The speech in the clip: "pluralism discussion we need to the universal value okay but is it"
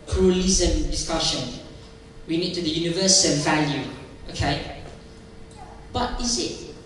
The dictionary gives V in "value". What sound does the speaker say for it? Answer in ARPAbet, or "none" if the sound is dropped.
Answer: V